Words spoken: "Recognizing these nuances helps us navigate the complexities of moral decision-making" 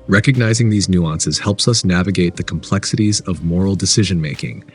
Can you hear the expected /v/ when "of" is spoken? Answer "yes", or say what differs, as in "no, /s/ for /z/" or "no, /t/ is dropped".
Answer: yes